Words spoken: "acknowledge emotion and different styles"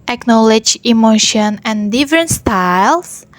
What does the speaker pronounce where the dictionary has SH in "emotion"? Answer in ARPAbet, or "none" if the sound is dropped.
SH